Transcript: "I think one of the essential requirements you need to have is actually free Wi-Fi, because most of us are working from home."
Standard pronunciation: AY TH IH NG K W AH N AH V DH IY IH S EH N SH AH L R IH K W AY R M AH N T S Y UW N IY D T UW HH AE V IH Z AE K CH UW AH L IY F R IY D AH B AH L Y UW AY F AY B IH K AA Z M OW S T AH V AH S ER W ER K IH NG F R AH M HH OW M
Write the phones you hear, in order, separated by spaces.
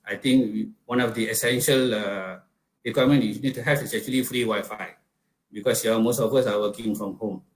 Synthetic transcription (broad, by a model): AY T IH NG K W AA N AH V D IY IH S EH N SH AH L R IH K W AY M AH N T Y UW N IY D T UW HH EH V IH S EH K CH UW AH L IY F R IY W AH Y F AY B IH K AA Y M OW S T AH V AH S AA W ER K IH NG F R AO M HH OW M